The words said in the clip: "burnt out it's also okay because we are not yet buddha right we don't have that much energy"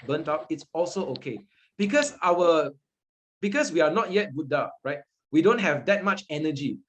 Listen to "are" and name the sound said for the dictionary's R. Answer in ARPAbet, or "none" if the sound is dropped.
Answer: W